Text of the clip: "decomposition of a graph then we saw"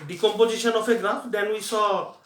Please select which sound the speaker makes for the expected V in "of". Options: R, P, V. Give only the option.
P